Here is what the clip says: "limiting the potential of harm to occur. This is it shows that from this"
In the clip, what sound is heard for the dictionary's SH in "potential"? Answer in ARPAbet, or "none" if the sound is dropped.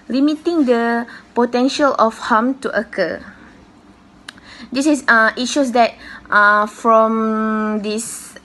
SH